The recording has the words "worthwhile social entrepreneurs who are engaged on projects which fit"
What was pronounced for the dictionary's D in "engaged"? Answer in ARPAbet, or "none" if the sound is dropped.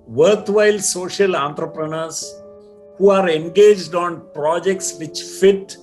D